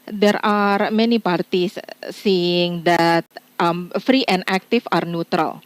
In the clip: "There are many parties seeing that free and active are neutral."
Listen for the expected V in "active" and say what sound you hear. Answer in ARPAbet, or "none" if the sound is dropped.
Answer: F